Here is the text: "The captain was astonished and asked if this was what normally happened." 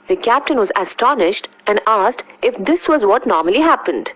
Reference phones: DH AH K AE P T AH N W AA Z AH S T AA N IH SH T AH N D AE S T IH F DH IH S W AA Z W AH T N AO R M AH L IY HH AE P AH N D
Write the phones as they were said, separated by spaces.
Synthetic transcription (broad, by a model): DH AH K AE P T AH N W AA Z AH S T AA N IH SH T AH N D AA S T IH F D IH S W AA Z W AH T N AO R M AH L IY HH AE P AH N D